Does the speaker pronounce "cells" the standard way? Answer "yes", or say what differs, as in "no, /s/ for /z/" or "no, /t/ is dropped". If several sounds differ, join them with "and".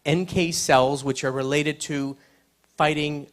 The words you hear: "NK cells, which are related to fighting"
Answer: yes